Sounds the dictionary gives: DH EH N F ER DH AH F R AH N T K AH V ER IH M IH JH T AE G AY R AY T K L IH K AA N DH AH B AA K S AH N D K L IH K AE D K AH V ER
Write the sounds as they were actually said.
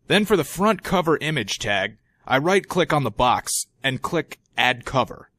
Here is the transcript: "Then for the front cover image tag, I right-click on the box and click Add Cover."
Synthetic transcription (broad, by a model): DH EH N F ER DH AH F R AH N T K AH V ER IH M IH JH T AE G AY R AY T K L IH K N DH AH B AA K S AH N K L IH K AE D K AH V ER